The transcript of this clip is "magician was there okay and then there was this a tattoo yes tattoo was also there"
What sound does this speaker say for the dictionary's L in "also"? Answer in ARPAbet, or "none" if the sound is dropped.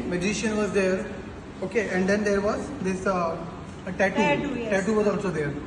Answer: none